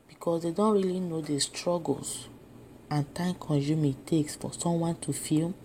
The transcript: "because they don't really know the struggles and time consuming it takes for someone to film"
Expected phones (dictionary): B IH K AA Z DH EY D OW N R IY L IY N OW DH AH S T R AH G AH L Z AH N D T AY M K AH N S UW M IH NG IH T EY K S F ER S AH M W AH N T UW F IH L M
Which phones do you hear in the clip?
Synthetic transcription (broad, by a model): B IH K AA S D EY D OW N R IY L IY N OW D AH S T R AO G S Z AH N T AY M K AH N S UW M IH T EY K S F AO S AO M W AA N T UW F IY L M